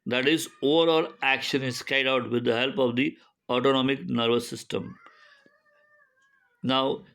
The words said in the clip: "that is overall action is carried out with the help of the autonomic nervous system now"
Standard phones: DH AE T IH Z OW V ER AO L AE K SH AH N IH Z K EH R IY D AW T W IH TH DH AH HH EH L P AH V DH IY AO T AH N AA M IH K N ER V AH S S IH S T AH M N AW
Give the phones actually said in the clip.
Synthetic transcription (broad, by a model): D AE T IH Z OW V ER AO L AE K SH AH N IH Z K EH IY D AW T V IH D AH HH EH L P AH V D IY AO T AH N AA M IH K N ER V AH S S IH S T AH M N AW